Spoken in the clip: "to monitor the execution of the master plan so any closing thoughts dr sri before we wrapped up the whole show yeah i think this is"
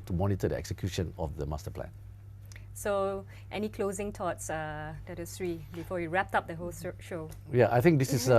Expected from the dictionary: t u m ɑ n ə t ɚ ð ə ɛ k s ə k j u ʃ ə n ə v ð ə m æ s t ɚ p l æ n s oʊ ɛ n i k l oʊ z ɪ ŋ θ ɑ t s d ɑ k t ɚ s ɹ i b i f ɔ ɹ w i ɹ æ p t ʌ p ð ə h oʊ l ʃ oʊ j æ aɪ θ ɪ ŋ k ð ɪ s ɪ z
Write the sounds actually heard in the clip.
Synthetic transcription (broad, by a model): t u m ɑ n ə t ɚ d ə ɛ k s ə k j u ʃ ə n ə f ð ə m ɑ s t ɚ p l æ n s oʊ ɛ n i k l oʊ z ɪ ŋ t ɑ t s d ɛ t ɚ s ɹ i b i f ɔ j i ɹ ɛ p t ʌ p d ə h oʊ l ʃ oʊ j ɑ aɪ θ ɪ ŋ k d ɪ s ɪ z